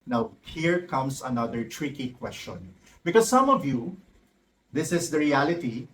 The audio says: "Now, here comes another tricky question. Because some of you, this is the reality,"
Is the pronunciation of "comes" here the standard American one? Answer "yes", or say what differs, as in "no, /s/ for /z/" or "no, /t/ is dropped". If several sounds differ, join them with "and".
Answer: no, /s/ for /z/